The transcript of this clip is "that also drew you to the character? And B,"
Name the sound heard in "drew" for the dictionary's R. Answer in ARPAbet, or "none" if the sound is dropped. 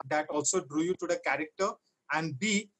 R